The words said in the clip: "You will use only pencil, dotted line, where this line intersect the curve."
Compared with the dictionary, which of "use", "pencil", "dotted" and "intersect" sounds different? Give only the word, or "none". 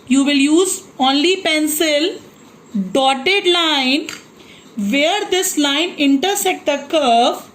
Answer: intersect